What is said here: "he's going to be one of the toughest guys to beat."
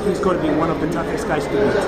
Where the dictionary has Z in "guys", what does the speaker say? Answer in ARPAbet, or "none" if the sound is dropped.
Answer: S